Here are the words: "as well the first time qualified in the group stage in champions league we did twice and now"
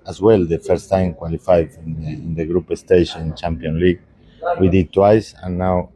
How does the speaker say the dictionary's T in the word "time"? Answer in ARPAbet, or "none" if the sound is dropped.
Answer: T